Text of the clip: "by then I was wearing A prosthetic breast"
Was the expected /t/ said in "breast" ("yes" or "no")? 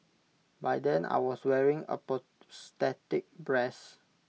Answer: no